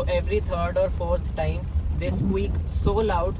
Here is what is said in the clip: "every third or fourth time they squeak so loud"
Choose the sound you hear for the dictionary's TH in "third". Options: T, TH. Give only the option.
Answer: T